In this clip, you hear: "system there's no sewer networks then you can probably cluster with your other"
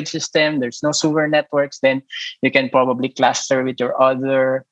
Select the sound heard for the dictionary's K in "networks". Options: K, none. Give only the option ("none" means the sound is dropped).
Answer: K